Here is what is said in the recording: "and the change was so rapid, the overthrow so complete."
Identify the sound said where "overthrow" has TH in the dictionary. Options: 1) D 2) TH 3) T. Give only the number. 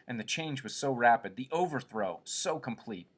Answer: 2